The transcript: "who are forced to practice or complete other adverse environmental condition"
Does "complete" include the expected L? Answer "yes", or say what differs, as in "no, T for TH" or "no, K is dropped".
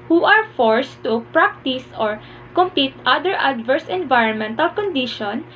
no, L is dropped